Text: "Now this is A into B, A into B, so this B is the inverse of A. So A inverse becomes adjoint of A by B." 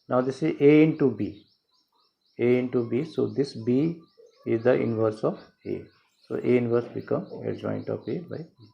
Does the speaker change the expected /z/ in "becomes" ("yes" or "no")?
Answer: yes